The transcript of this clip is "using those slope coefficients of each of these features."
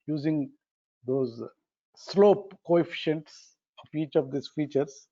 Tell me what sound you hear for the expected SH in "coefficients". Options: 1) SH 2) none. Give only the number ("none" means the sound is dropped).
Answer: 1